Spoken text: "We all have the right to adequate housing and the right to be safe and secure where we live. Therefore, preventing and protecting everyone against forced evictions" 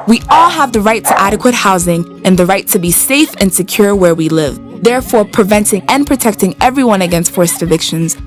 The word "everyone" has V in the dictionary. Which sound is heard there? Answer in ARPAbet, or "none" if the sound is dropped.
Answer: V